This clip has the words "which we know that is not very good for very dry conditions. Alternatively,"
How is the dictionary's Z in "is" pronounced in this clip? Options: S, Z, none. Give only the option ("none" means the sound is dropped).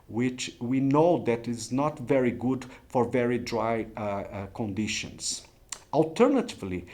Z